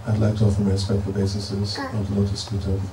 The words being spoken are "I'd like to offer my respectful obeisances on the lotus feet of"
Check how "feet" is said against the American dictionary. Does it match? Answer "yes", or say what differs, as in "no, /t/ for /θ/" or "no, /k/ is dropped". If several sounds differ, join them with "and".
no, /p/ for /f/